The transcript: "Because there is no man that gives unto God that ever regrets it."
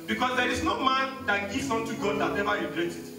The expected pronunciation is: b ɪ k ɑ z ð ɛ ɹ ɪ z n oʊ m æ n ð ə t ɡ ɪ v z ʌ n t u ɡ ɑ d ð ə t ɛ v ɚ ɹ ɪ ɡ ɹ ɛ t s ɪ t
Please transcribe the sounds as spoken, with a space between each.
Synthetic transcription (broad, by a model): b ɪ k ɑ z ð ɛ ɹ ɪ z n oʊ m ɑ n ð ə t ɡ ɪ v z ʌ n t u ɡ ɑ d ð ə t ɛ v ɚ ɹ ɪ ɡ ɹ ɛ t ɪ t